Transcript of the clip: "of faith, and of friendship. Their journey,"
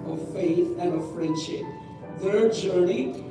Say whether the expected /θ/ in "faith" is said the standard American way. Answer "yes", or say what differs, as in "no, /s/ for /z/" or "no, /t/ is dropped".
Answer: yes